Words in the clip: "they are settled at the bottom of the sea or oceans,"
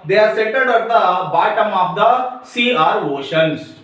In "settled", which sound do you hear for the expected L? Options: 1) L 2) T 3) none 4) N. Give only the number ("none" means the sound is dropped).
3